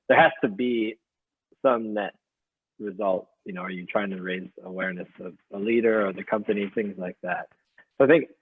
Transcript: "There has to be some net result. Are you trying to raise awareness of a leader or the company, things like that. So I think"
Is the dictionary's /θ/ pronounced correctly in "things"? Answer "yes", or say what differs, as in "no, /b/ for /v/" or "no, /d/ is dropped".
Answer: yes